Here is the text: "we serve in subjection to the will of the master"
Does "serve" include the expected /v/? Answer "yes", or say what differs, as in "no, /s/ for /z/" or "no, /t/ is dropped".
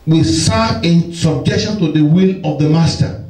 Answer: no, /v/ is dropped